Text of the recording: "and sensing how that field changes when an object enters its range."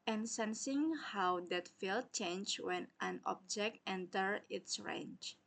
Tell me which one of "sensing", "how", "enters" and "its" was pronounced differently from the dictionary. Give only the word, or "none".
enters